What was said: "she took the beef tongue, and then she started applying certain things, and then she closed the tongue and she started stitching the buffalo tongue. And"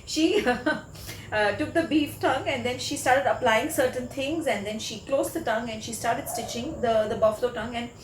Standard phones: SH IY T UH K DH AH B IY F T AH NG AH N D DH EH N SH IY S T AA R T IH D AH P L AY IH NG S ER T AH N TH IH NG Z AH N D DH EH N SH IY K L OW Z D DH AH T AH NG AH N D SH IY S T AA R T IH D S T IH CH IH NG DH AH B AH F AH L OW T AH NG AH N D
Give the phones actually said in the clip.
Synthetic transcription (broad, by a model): SH IY T UH K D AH B IY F T AH NG AH N D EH N SH IY S T AA R T IH D AH P L AY IH NG S ER T AH N T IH NG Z AH N D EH N SH IY K L OW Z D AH T AH NG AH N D SH IY S T AA R T IH D S T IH CH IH NG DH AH B AH F AH L OW T AH NG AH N D